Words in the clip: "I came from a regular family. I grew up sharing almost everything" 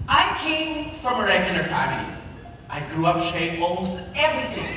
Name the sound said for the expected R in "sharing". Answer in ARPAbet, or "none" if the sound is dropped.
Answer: none